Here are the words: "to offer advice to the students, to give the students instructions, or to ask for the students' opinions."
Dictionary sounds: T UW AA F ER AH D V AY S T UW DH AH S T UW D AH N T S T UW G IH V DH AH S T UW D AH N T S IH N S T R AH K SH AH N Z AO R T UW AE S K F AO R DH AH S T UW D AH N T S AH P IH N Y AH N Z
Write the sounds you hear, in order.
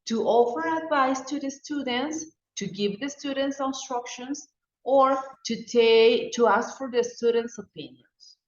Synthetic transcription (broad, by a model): T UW AA F ER AH D V AY S T UW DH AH S T UW D AH N T S T UW G IH V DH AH S T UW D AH N T S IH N S T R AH K SH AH N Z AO R T UW AE S K F AO R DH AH S T UW D AH N T S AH P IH N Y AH N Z